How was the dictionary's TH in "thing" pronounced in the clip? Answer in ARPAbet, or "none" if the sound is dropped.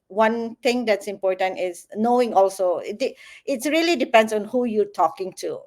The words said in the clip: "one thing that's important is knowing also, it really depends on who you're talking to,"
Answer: T